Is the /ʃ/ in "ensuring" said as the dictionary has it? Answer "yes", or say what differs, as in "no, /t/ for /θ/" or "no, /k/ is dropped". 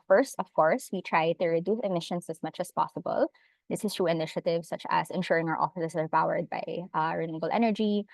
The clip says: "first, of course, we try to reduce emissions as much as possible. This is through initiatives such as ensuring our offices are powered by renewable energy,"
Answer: yes